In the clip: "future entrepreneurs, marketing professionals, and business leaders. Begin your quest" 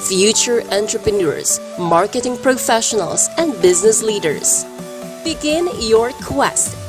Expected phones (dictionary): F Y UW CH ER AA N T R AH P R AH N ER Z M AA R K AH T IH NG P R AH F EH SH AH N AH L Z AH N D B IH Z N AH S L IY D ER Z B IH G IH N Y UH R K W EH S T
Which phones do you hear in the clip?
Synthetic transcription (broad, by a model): F Y UW CH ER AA N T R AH P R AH N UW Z M AA R K AH T IH NG P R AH F EH SH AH N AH L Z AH N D B IH Z N AH S L IY D ER Z B IH G IH N Y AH R K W EH S T